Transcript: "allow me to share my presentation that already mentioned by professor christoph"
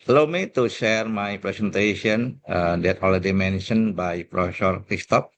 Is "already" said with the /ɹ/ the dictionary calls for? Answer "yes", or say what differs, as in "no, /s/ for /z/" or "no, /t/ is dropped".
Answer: no, /l/ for /ɹ/